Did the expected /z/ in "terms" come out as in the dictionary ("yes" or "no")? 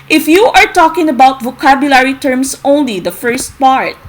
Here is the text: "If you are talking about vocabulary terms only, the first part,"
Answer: no